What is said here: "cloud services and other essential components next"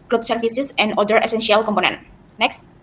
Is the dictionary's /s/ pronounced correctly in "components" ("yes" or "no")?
no